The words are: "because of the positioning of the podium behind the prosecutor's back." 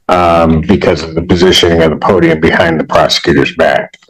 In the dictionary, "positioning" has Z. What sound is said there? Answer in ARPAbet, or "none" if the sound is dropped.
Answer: Z